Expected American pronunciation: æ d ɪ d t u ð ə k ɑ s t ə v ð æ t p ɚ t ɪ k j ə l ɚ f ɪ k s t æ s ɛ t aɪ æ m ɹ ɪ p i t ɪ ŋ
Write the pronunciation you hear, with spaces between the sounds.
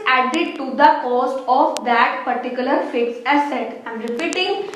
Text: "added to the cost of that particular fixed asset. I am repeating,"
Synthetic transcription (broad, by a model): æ d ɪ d t u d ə k ɑ s t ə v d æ t p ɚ t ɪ k j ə l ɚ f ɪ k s æ s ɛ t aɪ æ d ɹ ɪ p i t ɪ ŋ